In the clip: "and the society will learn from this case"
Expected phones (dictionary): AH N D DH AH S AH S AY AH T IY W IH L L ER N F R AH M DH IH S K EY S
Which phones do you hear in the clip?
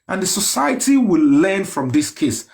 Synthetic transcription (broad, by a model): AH N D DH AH S AH S AY AH T IY W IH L L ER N F R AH M DH IH S K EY S